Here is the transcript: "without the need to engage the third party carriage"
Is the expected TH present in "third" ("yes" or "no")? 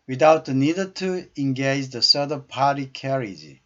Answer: no